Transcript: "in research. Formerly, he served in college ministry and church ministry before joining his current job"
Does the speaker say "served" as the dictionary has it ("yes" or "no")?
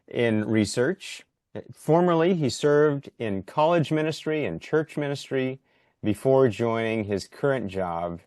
yes